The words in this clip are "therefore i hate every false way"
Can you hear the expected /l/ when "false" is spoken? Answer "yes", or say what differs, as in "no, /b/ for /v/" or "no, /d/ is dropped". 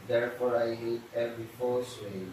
no, /l/ is dropped